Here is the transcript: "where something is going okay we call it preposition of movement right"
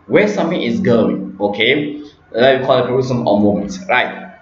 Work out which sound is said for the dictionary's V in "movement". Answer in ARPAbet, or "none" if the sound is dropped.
none